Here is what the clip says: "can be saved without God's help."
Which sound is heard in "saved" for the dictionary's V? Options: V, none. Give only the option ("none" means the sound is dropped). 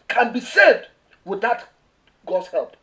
none